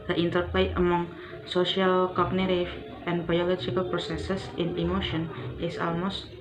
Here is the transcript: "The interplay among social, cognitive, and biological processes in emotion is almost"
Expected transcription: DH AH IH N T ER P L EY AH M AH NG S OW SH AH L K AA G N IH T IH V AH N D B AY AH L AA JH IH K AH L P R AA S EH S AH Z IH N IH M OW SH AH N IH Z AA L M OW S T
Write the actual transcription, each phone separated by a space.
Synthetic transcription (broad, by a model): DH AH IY N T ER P L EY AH M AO NG S OW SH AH L K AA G N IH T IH F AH N B AY AH L AA JH IH K AH L P R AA S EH S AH S IH N IH M OW SH AH N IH S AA L M OW S T